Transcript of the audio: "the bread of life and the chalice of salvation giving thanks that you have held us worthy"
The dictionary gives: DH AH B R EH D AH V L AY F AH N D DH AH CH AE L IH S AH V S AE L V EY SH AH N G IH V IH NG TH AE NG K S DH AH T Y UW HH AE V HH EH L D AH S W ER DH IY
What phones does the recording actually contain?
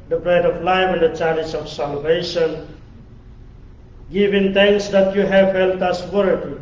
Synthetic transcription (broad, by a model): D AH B R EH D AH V L AY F AH N D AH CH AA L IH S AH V S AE L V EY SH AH N G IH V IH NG T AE NG K S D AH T Y UW HH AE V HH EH L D AH S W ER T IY